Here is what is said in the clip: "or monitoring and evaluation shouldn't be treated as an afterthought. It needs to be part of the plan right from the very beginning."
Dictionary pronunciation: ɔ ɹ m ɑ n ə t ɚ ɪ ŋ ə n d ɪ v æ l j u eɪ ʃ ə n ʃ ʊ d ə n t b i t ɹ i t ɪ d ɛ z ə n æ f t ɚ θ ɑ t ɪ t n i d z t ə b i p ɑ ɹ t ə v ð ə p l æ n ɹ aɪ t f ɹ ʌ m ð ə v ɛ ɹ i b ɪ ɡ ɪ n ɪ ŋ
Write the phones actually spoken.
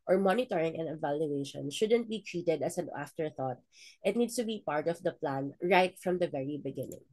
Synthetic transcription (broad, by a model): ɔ ɹ m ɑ n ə t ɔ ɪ ŋ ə n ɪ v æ l j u eɪ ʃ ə n ʃ ʊ d ə n t b i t ɹ i t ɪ d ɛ s ə n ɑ f t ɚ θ ɑ t ɪ t n i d s t ə b i p ɑ ɹ t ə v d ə p l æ n ɹ aɪ t f ɹ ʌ m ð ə v ɛ ɹ i b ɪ ɡ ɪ n ɪ ŋ